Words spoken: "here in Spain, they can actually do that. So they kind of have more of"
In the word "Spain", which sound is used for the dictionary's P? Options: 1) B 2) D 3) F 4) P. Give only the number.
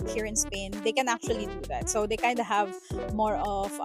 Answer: 4